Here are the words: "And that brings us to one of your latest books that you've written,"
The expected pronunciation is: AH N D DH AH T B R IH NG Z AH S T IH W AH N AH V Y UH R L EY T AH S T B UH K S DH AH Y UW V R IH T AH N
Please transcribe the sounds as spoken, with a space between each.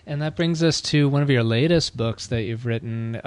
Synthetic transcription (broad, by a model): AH N DH AH T B R IH NG Z AH S T IH W AH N AH V Y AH R L EY T AH S T B UH K S DH AH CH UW V R IH T N